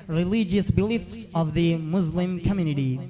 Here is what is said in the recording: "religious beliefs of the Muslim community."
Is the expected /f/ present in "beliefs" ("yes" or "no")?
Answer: yes